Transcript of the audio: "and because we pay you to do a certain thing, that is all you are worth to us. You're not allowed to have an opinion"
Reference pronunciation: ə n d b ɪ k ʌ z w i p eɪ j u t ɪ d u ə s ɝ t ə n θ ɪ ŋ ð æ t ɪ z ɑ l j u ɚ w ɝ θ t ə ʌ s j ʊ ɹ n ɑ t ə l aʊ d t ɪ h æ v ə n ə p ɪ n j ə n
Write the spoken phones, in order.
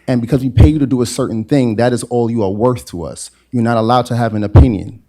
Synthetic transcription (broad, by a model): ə n b ɪ k ʌ z w i p eɪ j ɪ t ɪ d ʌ ə s ɝ t n θ ɪ ŋ ð æ t ɪ z ɑ l j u ɚ w ɝ θ t ə ʌ s j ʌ ɹ n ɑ t ə l aʊ d t ɪ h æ v ə n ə p ɪ n j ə n